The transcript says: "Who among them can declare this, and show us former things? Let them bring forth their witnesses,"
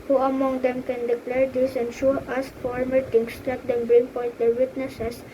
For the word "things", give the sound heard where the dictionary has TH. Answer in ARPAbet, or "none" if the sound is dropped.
T